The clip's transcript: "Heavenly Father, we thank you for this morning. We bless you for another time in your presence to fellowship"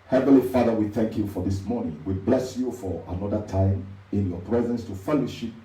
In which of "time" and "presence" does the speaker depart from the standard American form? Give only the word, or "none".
none